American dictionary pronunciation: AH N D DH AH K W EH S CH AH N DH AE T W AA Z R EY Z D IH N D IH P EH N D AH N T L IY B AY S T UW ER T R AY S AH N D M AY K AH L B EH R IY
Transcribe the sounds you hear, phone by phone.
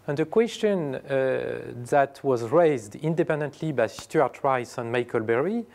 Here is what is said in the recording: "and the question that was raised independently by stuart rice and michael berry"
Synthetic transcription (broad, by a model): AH N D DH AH K W EH S CH AH N DH AE T W AA Z R EY Z D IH N D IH P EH N D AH N T L IY B AY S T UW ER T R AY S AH N M AY K AH L B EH R IY